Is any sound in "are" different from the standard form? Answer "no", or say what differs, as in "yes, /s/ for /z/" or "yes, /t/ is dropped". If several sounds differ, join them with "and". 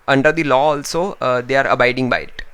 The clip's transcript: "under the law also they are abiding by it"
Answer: no